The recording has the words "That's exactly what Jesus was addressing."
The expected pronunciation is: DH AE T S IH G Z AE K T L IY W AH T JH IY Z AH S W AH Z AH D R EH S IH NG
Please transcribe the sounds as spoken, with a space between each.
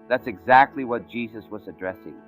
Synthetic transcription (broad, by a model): DH AE T S IH G Z AE K T L IY W AH T JH IY Z AH S W AH Z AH D R EH S IH NG